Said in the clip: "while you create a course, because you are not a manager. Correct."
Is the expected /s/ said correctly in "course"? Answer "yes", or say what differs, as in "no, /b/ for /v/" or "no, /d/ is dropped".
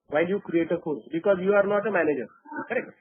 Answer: no, /s/ is dropped